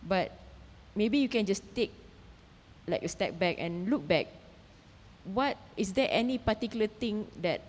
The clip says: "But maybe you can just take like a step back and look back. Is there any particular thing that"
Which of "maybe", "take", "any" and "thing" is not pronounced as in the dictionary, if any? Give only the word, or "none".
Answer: thing